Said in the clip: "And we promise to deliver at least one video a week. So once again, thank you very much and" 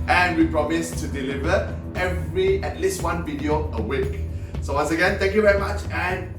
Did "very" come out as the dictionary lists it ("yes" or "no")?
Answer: yes